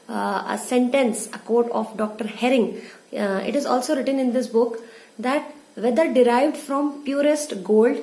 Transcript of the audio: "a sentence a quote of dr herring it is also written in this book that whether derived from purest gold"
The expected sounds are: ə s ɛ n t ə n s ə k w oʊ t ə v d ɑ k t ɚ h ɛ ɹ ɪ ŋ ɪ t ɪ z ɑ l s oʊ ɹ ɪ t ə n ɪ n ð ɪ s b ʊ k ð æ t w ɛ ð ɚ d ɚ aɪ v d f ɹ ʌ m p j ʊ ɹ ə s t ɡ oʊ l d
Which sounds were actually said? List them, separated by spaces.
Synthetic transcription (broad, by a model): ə s ɛ n t ə n s ə k oʊ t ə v d ɑ k t ɚ h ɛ ɹ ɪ ŋ ɪ t ɪ z ɑ l s oʊ ɹ ɪ t ə n ɪ n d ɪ s b ʊ k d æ t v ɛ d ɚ d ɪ aɪ v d f ɹ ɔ m p j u ɹ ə s t ɡ oʊ l d